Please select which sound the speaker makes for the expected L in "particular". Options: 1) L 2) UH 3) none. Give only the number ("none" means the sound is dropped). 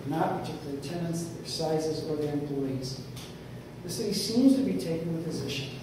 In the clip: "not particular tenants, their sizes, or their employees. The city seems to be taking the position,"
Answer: 3